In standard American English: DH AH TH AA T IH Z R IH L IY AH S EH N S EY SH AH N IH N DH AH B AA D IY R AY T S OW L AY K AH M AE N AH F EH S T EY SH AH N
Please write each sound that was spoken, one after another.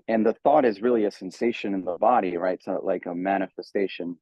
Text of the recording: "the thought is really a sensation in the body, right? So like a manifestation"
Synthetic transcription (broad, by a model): DH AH TH AA T IH Z R IH L IY AH S EH N S EY SH AH N IH N DH AH B AA D IY R AY T S OW L AY K AH M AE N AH F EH S T EY SH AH N